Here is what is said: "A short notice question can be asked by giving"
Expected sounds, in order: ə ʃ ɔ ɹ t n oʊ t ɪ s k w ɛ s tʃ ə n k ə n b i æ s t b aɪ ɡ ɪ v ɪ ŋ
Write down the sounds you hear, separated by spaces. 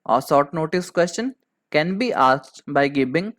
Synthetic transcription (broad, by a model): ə s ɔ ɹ t n oʊ t ɪ s k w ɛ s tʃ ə n k ə n b i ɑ s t b aɪ ɡ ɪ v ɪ ŋ